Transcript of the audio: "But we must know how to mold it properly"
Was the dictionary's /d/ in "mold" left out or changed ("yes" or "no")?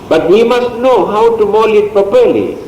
yes